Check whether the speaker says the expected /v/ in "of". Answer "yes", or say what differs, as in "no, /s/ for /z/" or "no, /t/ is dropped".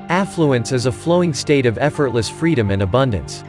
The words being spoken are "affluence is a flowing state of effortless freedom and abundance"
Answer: yes